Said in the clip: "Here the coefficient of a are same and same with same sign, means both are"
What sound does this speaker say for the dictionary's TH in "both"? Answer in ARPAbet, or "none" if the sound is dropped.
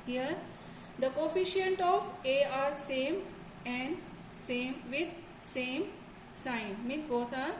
S